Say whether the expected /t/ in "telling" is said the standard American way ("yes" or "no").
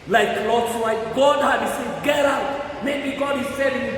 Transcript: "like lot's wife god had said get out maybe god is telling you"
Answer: no